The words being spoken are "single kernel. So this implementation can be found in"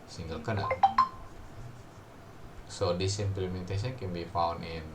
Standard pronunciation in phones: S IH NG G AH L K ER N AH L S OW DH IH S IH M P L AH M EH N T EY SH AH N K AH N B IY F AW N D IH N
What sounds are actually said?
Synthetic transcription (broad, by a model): S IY NG G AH L K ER N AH S OW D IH S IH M P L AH M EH N T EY S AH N K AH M B IY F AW N IH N